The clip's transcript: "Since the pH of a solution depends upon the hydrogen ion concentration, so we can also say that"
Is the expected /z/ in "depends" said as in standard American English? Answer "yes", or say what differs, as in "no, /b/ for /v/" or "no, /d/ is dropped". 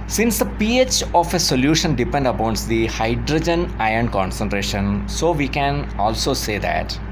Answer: no, /z/ is dropped